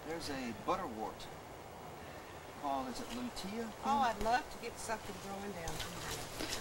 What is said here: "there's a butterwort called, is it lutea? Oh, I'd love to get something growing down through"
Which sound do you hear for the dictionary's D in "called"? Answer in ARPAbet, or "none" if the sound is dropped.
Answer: none